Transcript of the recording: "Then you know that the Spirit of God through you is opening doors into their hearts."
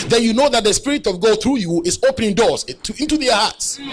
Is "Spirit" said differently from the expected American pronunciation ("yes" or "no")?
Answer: no